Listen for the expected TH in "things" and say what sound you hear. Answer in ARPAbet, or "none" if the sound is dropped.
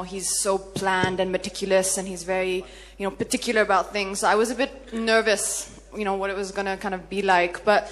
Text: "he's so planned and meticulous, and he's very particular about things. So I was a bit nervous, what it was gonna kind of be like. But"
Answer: TH